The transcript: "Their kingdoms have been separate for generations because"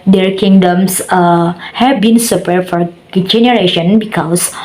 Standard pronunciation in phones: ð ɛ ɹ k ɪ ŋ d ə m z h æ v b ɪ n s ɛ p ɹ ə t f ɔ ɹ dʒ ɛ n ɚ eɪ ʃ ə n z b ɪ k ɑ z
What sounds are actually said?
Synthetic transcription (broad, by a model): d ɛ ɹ k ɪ ŋ d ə m s h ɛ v b ɪ n s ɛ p ə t f ɔ ɹ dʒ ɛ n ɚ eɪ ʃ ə n b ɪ k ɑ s